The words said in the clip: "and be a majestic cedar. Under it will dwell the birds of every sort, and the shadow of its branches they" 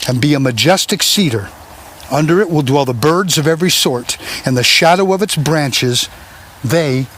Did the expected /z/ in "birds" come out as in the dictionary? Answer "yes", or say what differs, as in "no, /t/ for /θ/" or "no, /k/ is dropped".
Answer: yes